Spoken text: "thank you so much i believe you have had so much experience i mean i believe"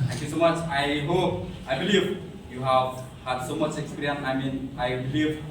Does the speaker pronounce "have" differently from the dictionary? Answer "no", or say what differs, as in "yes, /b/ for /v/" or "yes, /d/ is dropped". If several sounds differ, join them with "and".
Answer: no